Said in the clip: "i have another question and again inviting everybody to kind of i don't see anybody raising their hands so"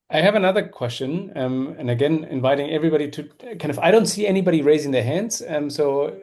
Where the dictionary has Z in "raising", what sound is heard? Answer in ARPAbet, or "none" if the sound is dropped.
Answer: Z